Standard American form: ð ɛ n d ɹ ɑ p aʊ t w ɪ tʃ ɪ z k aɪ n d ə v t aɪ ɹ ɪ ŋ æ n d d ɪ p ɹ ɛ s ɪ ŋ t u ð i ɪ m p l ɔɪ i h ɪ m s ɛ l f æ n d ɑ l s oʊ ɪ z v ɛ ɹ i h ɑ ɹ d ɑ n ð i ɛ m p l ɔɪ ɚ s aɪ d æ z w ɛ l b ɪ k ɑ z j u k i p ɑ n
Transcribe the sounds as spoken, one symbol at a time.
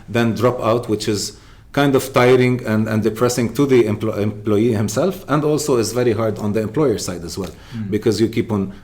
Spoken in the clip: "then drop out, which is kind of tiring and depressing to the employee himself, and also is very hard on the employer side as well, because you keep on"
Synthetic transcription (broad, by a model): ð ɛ n d ɹ ɑ p aʊ t w ɪ tʃ ɪ z k aɪ n d ə v t aɪ ɹ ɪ ŋ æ n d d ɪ p ɹ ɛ s ɪ ŋ t u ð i ɪ m p l ɔɪ i h ɪ m s ɛ l f æ n d ɑ l s oʊ ɪ z v ɛ ɹ i h ɑ ɹ d ɑ n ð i ɛ m p l ɔɪ ɚ s aɪ d æ z w ɛ l b ɪ k ɑ z j u k i p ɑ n